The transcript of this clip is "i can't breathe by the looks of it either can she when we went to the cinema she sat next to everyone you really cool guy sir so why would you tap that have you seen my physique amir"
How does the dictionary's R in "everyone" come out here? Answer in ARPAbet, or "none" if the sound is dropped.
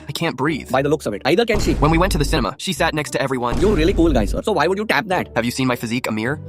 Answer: R